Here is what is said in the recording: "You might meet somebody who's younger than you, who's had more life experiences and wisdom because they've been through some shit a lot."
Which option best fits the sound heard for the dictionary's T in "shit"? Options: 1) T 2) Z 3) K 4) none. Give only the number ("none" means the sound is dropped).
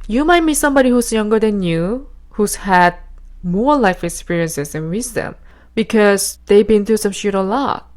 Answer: 1